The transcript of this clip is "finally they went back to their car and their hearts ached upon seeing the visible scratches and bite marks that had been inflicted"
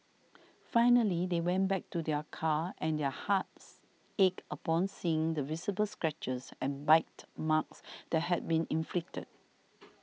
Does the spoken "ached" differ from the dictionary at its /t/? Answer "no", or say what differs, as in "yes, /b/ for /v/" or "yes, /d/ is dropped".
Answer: yes, /t/ is dropped